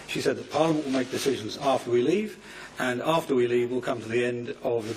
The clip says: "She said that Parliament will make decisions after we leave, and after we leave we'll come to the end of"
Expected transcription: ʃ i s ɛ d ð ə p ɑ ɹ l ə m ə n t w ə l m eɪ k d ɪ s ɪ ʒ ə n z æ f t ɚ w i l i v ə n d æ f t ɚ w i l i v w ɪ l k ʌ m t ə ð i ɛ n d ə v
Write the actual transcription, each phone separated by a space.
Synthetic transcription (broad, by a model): ʃ i s ɛ d ð ə p ɑ ɹ l ə m ə n t w ə l m eɪ k d ɪ s ɪ ʒ ə n z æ f t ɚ w i l i v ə n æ f t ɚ w i l i v w ɪ l k ʌ m t ə ð i ɛ n d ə v